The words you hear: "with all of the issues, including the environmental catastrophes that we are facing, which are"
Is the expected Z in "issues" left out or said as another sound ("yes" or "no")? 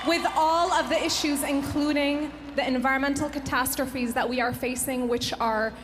no